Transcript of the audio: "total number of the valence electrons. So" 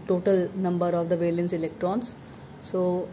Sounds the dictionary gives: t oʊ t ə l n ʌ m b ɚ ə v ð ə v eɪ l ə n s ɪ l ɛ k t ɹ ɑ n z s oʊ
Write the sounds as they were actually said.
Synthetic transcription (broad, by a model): t oʊ t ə l n ʌ m b ɚ ə v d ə v eɪ l ə n s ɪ l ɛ k t ɹ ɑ n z s oʊ